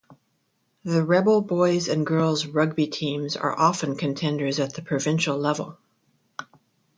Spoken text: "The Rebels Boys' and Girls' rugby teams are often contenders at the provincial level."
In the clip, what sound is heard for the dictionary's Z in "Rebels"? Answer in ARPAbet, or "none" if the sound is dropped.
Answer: none